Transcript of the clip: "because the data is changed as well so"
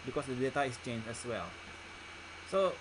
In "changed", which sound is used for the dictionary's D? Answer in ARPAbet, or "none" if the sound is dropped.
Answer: none